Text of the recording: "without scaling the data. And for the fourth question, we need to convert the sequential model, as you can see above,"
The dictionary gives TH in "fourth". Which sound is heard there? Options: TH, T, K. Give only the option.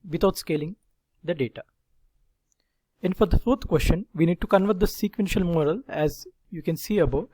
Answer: T